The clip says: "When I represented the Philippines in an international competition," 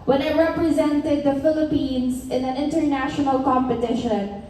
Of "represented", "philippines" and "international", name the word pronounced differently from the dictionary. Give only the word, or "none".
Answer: none